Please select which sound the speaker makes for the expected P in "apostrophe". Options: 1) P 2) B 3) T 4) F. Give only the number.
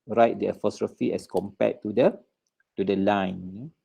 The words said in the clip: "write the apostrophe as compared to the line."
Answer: 4